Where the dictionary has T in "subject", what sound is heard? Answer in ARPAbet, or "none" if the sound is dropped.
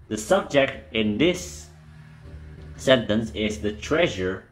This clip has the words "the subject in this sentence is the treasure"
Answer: T